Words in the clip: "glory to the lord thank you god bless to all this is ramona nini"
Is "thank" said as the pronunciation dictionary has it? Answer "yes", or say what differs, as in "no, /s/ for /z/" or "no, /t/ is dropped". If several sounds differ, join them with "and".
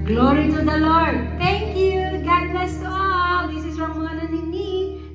no, /t/ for /θ/